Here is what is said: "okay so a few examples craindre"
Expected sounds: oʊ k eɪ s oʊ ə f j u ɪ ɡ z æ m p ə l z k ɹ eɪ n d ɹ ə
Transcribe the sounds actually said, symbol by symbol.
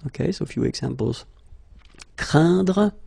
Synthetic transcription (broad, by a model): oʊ k eɪ s oʊ f j u ɪ ɡ z æ m p ə l z k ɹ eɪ d ɹ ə